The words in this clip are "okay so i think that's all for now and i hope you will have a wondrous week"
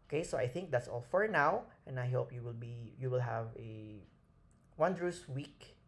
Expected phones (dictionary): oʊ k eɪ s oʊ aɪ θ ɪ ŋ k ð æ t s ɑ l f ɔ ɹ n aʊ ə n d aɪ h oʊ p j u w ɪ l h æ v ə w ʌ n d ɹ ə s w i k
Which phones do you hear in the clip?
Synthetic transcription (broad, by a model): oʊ k eɪ s oʊ aɪ θ ɪ ŋ k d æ t s ɑ l f ɔ ɹ n aʊ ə n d aɪ h oʊ p j u w ɪ l h æ v ə w ʌ n d ɹ ə s w i k